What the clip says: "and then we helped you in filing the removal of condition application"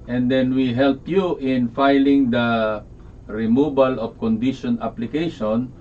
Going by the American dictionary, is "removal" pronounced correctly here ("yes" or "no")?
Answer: no